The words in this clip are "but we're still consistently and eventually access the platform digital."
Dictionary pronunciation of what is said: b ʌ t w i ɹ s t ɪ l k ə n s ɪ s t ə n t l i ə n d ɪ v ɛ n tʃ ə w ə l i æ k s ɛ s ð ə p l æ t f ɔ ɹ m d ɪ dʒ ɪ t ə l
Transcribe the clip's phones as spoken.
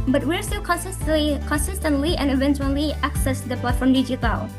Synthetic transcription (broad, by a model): b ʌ t w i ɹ s t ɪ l k ə n s ɪ s t ə n t l i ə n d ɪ v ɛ n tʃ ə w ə l i æ k s ɛ s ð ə p l æ t f ɔ ɹ m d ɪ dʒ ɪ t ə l